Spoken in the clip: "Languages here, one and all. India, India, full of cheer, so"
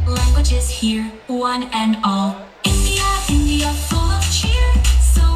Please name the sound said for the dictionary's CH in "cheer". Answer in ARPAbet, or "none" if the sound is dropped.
CH